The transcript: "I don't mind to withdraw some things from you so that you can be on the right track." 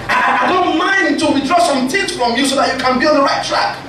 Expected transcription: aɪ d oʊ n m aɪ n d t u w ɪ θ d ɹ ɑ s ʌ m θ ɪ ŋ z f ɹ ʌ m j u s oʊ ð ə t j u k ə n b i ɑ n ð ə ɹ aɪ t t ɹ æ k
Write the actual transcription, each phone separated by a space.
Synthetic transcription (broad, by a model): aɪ d oʊ n m aɪ n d t u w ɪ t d ɹ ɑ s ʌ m t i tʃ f ɹ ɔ m j u s oʊ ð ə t j u k ə n b i ɑ n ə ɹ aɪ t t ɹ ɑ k